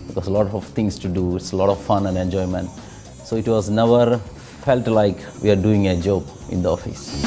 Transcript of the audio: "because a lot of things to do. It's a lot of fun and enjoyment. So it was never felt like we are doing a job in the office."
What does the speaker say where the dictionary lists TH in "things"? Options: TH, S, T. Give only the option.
T